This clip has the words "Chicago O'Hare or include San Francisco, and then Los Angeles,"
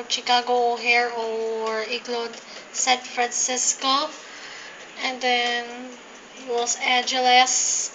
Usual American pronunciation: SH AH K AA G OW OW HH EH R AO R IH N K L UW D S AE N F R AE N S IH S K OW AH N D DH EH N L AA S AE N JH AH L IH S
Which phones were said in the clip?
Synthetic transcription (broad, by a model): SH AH K AA G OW OW HH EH R AO R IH K L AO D S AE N F R AE N S IH S K OW AH N D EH N W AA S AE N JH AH L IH S